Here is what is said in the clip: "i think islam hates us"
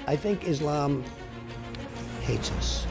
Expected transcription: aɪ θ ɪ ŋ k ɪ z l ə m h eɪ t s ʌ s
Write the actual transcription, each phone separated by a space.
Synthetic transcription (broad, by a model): aɪ θ ɪ ŋ k ɪ z l ə m h eɪ t s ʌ s